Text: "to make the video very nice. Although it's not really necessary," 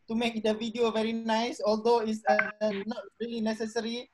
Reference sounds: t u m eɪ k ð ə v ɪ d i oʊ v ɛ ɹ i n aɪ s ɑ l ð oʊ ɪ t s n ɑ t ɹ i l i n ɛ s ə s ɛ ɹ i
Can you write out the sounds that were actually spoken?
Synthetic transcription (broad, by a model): t u m eɪ k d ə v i d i oʊ v ɛ ɹ i n aɪ s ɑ l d oʊ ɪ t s n ɑ t ɹ i l i n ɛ s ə s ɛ ɹ i